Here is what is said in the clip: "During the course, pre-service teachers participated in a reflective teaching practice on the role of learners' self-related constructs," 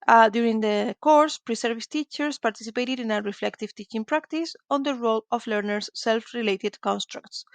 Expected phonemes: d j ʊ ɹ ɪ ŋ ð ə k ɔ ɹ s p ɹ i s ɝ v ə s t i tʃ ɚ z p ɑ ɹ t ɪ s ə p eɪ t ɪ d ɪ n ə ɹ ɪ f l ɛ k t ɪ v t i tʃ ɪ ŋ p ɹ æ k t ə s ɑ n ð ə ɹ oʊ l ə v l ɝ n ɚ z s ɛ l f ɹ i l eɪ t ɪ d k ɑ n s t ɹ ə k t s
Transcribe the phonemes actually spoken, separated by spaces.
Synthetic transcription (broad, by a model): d j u ɹ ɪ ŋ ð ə k ɔ ɹ s p ɹ i s ɝ v ə s t i tʃ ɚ s p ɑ ɹ t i s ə p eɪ t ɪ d ɪ n ə ɹ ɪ f l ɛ k t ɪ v t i tʃ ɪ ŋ p ɹ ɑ k t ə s ɑ n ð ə ɹ oʊ l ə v l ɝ n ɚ s ɛ l f ɹ i l eɪ t ɪ d k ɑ n s t ɹ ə k t s